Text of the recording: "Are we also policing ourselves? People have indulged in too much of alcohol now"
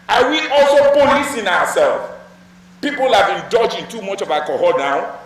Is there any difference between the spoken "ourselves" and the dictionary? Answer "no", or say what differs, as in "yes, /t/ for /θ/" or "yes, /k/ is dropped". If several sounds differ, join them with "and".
yes, /w/ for /ɹ/